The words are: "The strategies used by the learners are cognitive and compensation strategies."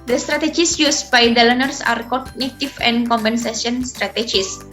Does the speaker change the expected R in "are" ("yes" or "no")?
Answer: no